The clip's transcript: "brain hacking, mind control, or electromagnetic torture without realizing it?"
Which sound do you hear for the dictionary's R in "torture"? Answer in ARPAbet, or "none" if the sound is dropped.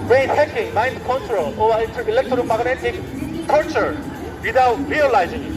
L